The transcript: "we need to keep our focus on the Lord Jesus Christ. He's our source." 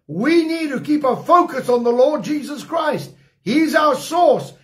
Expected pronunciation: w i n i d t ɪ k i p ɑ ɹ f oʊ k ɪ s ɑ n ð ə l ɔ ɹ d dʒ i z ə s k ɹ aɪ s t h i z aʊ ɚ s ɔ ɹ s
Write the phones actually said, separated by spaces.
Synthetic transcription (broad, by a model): w i n i d t ɪ k i p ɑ f oʊ k ɪ s n ð ə l ɔ ɹ d dʒ i z ə s k ɹ aɪ s t h i z aʊ ɚ s ɔ ɹ s